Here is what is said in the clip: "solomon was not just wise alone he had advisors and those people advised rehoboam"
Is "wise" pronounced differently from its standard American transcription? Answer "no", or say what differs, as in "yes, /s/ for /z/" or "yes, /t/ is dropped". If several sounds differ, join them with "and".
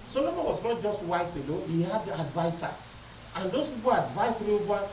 yes, /s/ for /z/